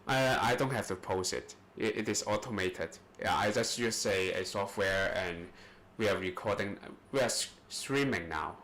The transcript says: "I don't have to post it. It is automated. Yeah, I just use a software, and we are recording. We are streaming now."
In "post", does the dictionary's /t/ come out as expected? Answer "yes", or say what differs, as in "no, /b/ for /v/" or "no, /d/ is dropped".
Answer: no, /t/ is dropped